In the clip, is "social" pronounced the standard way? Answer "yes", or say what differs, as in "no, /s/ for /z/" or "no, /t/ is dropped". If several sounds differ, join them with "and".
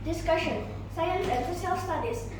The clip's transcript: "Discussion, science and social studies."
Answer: no, /s/ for /ʃ/